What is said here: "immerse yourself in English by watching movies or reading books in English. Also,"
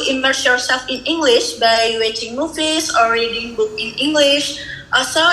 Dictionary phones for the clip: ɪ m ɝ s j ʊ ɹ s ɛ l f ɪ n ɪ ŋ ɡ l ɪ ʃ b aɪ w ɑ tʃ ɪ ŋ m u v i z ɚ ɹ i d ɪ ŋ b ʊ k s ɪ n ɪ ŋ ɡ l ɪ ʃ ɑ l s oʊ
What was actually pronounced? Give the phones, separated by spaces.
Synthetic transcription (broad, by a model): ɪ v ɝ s j ʊ ɹ s ɛ l f ɪ n ɪ ŋ ɡ l ɪ ʃ b aɪ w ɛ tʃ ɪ ŋ m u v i s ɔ ɹ i d ɪ ŋ b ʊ k ɪ n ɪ ŋ ɡ l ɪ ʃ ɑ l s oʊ